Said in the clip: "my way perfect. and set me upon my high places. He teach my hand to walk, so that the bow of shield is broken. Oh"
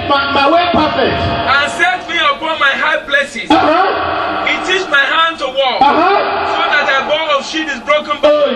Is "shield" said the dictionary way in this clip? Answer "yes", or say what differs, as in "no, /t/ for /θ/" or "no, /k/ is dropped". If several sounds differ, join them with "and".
no, /l/ is dropped